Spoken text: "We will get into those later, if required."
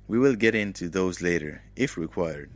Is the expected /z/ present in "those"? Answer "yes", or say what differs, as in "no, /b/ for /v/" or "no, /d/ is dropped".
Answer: yes